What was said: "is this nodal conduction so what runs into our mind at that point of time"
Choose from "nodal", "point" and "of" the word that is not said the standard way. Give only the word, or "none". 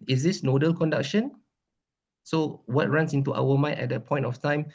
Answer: of